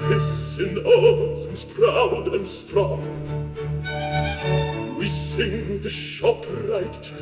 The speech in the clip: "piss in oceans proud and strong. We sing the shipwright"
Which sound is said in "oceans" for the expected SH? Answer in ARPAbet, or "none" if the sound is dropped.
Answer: S